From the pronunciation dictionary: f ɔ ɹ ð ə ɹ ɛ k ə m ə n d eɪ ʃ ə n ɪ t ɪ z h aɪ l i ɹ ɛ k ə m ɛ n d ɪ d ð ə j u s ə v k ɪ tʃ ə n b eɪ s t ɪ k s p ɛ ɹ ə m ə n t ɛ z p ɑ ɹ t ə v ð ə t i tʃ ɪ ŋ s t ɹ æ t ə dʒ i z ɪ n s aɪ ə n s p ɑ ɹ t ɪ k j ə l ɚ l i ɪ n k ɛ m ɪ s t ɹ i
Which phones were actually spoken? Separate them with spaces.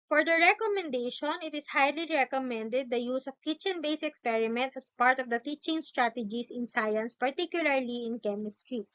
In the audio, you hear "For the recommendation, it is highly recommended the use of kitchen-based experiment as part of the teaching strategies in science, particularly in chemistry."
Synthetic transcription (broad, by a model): f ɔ ɹ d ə ɹ ɛ k ə m ə n d eɪ ʃ ə n ɪ t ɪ s h aɪ l i ɹ ɛ k ə m ɛ n d ɪ d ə j u s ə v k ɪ tʃ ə n b eɪ s ɪ k s p ɛ ɹ ə m ə n t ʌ s p ɑ ɹ t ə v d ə t i tʃ ɪ ŋ s t ɹ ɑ t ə dʒ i s ɪ n s aɪ ə n s p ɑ ɹ t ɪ k j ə l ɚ l i ɪ n k ɛ m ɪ s t ɹ i